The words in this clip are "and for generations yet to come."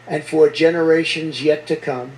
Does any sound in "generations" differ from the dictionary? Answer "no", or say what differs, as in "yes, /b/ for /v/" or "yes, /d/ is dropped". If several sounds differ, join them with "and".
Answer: no